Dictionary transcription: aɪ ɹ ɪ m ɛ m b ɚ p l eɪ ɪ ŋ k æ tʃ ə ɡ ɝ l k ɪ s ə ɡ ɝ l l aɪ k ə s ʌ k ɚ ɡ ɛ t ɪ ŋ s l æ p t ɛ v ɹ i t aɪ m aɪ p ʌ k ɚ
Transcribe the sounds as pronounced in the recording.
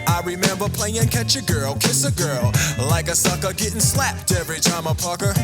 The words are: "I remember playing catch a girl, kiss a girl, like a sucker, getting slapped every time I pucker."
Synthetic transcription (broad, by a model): aɪ ɹ ɪ m ɛ m b ɚ p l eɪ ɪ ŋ k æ tʃ ə ɡ ɝ l k ɪ s ə ɡ ɝ l l aɪ k ə s ʌ k ɚ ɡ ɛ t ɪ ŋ s l æ p t ɛ v ɹ i t aɪ m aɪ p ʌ k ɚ